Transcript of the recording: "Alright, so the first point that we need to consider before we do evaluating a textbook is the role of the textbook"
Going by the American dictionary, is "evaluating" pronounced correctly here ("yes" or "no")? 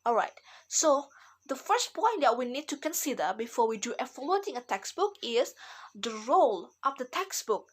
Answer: no